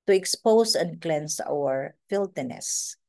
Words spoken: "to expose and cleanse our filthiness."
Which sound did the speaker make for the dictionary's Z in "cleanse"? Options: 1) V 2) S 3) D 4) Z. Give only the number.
2